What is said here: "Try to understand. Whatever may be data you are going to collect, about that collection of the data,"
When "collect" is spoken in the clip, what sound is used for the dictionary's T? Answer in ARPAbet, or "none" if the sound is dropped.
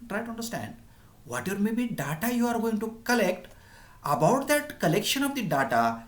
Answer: T